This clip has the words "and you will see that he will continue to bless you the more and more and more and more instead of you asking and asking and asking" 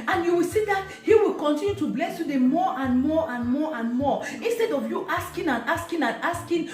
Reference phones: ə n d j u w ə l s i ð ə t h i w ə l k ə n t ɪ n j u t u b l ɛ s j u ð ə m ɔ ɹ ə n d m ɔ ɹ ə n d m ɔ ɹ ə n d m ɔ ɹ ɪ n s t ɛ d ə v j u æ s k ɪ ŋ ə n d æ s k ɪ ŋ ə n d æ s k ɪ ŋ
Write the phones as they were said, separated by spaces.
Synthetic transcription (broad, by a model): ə n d j u w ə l s i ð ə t h i w ə l k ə n t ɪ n j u t u b l ɛ s j u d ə m ɔ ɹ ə n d m ɔ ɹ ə n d m ɔ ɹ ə n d m ɔ ɪ n s t ɛ d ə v j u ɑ s k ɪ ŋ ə n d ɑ s k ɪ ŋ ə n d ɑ s k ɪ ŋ